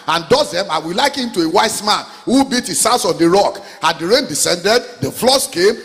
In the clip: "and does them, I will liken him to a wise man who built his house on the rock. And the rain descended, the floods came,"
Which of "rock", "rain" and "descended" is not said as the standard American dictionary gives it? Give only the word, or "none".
none